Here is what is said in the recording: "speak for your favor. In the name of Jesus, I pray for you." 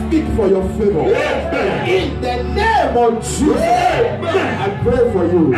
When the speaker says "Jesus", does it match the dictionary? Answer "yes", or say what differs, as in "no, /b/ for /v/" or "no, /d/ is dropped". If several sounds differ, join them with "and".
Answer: no, /s/ is dropped